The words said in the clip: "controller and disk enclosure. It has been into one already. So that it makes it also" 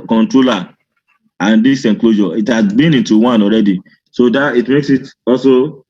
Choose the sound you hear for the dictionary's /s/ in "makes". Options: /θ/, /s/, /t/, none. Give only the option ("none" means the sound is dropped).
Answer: /s/